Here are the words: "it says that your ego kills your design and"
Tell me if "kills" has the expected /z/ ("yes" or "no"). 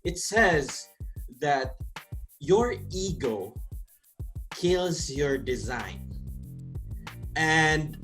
yes